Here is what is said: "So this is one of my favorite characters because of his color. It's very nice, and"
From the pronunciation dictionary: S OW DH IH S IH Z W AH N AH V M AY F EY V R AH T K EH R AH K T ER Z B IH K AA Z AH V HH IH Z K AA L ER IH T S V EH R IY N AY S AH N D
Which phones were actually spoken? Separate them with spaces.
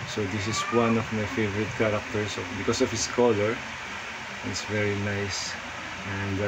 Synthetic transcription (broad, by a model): S OW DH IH S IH S W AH N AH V M AY F EY V R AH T K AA R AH K T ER S B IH K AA S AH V HH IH S K AA L ER IH T S V EH R IY N AY S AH N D